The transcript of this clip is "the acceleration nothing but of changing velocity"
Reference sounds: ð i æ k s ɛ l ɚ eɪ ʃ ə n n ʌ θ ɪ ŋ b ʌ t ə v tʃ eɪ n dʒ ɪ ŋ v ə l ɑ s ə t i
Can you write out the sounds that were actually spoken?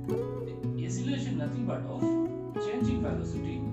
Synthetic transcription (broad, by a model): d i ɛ s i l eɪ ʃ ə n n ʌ t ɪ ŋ b ʌ t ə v tʃ eɪ n dʒ ɪ ŋ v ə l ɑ s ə t i